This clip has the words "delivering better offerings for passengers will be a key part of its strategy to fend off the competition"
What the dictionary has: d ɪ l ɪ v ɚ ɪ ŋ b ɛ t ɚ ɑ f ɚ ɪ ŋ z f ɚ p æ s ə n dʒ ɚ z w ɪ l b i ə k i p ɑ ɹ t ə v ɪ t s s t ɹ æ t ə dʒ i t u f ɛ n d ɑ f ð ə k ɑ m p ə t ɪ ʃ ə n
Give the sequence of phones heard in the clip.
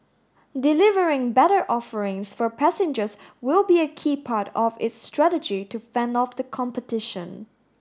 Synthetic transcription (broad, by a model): d ɪ l ɪ v ɚ ɪ ŋ b ɛ t ɚ ɑ f ɚ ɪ ŋ s f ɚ p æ s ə n dʒ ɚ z w ɪ l b i ə k i p ɑ ɹ t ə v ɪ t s s t ɹ æ t ə dʒ i t u f ɛ n d ɑ f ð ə k ɑ m p ə t ɪ ʃ ə n